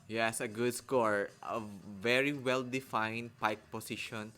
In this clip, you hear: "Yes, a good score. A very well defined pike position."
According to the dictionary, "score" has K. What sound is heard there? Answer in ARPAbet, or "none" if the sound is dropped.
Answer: K